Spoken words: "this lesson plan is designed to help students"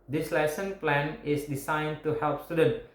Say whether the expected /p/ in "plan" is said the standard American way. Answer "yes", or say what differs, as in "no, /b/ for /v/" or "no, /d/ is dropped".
yes